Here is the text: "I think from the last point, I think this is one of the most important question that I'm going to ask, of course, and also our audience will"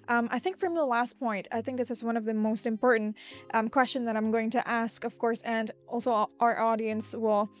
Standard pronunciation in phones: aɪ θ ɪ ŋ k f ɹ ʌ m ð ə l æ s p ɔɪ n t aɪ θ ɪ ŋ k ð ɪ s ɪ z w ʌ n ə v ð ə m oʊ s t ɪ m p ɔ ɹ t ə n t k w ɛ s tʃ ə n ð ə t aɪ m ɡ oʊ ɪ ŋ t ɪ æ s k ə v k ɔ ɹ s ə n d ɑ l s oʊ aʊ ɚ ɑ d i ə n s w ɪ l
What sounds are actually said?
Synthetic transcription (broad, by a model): aɪ θ ɪ ŋ k f ɹ ʌ m ð ə l æ s p ɔɪ n t aɪ θ ɪ ŋ k ð ɪ s ɪ z w ʌ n ə v ð ə m oʊ s t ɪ m p ɔ ɹ t n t k w ɛ s tʃ ə n ð ə t aɪ m ɡ oʊ ɪ ŋ t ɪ æ s k ə v k ɔ ɹ s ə n ɑ l s oʊ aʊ ɚ ɑ d i ə n s w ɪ l